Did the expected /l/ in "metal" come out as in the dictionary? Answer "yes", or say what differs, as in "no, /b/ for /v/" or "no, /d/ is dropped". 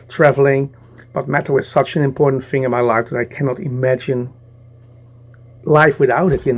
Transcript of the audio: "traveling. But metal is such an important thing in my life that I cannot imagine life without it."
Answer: no, /w/ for /l/